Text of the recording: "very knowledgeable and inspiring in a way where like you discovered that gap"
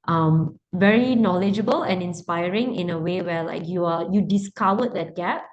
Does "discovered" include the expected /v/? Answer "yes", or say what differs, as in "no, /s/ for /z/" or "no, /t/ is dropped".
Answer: no, /w/ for /v/